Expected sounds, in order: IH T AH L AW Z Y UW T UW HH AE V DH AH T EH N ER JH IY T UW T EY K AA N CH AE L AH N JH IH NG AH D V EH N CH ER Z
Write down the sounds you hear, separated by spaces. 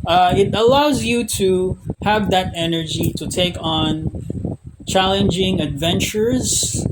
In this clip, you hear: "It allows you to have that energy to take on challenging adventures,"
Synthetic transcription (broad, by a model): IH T AH L AW Z Y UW T UW HH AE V DH AH T EH N ER JH IY T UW T EY K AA N CH AE L AH N JH IH NG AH D V EH N CH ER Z